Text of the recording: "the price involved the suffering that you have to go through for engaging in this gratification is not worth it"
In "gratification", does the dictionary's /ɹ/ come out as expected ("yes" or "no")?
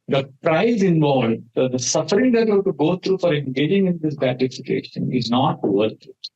no